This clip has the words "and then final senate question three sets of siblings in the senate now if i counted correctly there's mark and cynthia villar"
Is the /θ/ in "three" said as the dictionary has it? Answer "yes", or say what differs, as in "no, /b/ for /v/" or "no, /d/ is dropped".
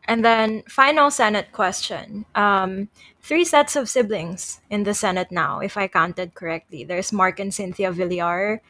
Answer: yes